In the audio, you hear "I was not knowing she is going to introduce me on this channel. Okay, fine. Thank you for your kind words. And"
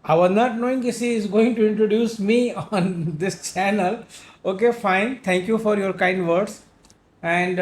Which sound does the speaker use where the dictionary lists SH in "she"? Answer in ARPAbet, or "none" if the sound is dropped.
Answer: S